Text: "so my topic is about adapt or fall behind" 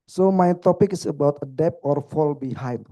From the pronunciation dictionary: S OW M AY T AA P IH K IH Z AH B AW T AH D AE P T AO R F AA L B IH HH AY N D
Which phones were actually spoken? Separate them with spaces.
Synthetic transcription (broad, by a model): S OW M AY T AA P IH K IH S AH B AW T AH D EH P AO R F AA L B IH HH AY N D